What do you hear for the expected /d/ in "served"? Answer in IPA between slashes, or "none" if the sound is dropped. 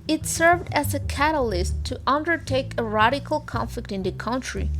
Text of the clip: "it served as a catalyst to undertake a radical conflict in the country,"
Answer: /d/